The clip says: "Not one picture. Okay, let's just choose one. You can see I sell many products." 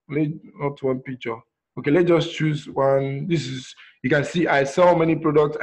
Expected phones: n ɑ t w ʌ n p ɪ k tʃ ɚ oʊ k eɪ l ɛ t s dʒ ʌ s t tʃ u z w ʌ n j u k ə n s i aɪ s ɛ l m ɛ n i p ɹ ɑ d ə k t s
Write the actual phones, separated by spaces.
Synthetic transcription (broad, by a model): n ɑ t w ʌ n p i k tʃ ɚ oʊ k eɪ l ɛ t dʒ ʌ s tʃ u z w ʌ n j u k ə n s i aɪ s ɛ l m ɛ n i p ɹ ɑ d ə k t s